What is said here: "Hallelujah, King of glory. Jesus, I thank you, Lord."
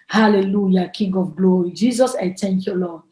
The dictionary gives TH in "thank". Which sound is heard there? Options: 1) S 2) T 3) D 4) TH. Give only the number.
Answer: 2